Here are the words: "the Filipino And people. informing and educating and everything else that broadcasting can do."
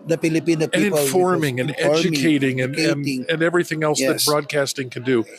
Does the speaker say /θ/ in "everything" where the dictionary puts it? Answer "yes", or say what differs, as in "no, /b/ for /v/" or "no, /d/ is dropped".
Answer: yes